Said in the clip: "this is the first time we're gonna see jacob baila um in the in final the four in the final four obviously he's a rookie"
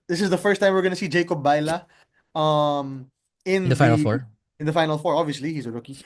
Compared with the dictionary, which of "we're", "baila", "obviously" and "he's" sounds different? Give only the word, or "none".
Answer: none